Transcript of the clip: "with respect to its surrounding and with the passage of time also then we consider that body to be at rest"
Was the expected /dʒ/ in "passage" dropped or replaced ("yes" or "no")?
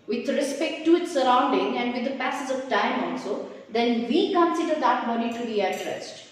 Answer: yes